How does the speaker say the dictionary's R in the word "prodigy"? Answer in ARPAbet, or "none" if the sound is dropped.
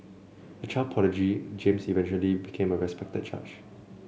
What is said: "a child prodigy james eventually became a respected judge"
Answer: none